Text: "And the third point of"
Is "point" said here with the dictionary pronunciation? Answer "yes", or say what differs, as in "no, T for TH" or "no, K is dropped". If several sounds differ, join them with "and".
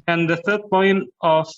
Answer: yes